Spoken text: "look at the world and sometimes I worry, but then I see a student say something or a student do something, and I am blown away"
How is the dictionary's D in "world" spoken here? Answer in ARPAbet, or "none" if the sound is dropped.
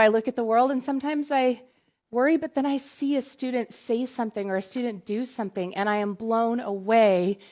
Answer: D